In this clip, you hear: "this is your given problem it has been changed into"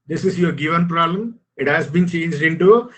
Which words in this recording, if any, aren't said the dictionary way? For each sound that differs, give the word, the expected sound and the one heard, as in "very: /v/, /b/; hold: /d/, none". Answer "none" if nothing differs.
none